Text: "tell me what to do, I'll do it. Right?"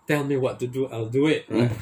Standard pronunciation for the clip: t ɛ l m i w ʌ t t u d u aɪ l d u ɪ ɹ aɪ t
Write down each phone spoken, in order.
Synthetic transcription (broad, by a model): t ɛ l m i w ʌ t t u d u aɪ l d u ɪ t